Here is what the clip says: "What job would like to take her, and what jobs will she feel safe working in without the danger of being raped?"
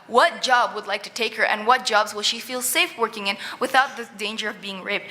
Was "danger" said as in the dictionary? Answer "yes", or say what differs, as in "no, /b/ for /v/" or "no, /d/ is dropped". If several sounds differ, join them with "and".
yes